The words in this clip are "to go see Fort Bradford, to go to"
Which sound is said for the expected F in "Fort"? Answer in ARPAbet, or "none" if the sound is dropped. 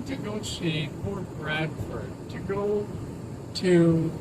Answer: P